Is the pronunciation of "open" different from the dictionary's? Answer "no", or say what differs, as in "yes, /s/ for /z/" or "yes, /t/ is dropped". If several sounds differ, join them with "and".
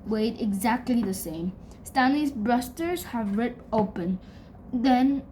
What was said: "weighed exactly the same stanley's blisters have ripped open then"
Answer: no